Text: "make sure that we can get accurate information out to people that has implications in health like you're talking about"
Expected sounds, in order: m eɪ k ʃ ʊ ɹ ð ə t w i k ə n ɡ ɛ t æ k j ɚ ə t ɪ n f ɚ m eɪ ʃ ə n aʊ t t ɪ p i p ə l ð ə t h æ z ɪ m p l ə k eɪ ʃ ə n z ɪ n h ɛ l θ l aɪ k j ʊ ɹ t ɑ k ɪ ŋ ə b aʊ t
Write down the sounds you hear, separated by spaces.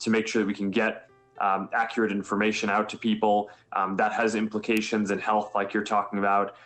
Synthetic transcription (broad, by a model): m eɪ k ʃ ʊ ɹ ð ə t w i k n ɡ ɛ t æ k j ɚ ə t ɪ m f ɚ m eɪ ʃ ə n aʊ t t ɪ p i p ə l ð ə t h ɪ z ɪ m p l ə k eɪ ʃ ə n z ɪ n h ɛ l θ l aɪ k j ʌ ɹ t ɑ k ɪ ŋ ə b aʊ t